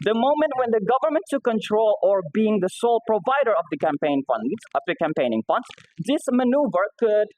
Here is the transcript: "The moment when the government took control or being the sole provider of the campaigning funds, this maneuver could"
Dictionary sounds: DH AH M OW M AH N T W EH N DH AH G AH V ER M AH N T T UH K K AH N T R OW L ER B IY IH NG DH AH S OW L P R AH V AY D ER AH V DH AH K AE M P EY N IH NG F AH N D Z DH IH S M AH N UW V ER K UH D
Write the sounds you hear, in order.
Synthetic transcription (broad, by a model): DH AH M OW M AH N T W EH N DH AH G AH V ER M AH N T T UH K K AH N T R OW L ER B IY IH NG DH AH S OW L P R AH V AY D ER AH V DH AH K AE M P EY N IH NG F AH N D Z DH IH S M AH N UW V ER K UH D